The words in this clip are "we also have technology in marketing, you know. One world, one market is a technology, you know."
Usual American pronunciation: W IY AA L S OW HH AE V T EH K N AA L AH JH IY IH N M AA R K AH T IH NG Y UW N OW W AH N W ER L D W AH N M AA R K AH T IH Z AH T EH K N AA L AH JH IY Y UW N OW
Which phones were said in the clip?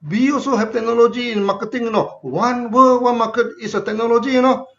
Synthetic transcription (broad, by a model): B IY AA S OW HH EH P T EH K N AA L AH JH IY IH N M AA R K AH T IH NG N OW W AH N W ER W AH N M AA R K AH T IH S AH T EH K N AA L AH JH IY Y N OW